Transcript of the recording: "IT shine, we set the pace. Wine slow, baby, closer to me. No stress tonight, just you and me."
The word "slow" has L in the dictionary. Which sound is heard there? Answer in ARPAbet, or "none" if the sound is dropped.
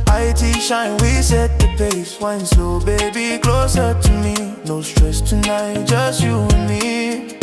none